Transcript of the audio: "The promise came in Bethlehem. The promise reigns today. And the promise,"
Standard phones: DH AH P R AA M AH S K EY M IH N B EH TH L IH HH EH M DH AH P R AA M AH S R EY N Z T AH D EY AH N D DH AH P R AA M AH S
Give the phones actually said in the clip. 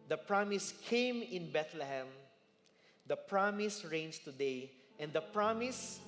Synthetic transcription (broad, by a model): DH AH P R AA M AH S K EY M IH N B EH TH L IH HH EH M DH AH P R AA M AH S R EY N S T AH D EY AH N D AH P R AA M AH S